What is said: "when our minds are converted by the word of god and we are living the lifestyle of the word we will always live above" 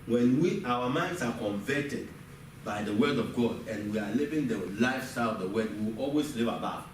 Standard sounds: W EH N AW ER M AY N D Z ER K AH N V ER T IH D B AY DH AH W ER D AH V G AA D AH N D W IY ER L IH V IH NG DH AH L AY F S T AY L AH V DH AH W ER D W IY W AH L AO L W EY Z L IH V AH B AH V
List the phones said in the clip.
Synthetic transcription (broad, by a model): W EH N AW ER M AY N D S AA K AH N V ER T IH D B AY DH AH W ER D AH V G AA D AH N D W IY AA L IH V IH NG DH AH L AY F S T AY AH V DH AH W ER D W IY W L AO L W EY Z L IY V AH B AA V